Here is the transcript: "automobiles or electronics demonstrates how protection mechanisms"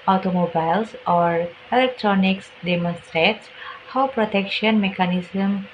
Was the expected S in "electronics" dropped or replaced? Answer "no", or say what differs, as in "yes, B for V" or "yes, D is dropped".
no